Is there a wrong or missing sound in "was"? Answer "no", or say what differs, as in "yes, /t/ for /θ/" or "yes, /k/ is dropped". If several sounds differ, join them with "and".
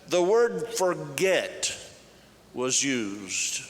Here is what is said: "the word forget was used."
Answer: no